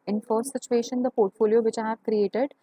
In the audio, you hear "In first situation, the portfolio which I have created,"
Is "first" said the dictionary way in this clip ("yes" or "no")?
no